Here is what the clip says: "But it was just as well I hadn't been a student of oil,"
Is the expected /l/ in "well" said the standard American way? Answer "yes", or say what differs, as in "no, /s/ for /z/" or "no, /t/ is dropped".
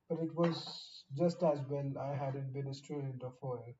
no, /n/ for /l/